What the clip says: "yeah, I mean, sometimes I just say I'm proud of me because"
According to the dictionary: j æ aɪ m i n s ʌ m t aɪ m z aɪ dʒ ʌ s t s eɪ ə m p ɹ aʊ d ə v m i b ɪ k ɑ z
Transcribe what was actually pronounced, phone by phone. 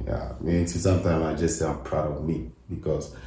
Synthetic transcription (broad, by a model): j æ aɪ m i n s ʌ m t aɪ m aɪ dʒ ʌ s s eɪ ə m p ɹ aʊ d ə v m i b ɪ k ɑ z